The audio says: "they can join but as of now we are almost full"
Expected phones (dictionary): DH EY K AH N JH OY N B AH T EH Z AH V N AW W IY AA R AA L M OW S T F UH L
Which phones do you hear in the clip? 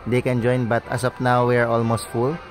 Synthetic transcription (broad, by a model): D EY K AH N JH OY N B AH T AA S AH P N AW W IY AA R AA L M OW S T F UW L